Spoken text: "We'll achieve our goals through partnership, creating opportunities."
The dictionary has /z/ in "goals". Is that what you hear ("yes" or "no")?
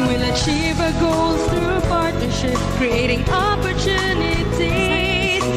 no